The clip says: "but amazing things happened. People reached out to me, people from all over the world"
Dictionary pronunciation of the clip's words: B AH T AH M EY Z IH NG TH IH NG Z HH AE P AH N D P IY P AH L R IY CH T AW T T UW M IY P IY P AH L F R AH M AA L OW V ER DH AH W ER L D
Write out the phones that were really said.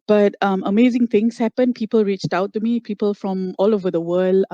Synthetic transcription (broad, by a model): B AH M AH M EY Z IH NG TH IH NG S HH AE P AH N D P IY P AH L R IY CH T AW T T UW M IY P IY P AH L F R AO M AA L OW V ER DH AH W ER L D